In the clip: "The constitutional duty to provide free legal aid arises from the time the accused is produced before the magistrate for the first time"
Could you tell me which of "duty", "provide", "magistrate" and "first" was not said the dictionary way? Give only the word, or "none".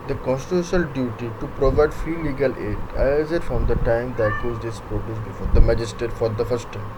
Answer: magistrate